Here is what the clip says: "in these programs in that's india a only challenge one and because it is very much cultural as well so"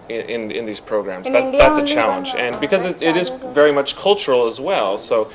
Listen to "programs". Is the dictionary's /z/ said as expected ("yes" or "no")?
yes